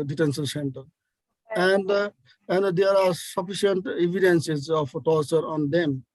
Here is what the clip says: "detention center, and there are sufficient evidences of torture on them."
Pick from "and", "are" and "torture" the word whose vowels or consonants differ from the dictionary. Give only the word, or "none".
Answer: none